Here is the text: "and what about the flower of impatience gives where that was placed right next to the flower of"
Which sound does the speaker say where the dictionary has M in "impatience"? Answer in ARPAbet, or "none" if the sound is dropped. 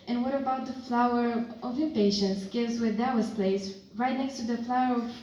none